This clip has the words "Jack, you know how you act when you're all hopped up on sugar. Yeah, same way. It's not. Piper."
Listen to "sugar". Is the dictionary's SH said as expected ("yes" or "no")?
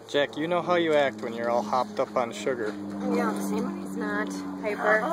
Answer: yes